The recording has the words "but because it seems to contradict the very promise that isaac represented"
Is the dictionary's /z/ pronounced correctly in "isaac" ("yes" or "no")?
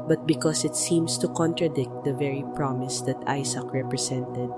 no